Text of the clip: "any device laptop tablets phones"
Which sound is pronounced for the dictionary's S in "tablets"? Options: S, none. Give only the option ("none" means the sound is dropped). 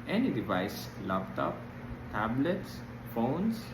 S